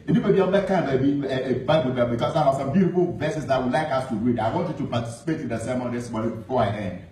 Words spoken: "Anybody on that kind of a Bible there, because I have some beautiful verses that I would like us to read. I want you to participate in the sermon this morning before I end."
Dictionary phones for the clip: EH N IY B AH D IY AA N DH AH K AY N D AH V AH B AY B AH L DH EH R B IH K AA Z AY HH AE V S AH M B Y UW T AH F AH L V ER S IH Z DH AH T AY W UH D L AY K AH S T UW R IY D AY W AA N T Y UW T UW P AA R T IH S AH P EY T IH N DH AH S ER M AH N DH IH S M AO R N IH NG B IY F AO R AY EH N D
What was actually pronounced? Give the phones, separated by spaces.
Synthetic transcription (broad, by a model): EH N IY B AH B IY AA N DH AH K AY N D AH B AH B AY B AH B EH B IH K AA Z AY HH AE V S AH M B Y UW T AH F AH L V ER S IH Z DH AH T W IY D L AY K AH S T UW R IY D AY W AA N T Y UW T UW P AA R T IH S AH P EY T IH N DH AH S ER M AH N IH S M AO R IH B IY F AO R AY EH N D